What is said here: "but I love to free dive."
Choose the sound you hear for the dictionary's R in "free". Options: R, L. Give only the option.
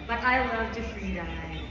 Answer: L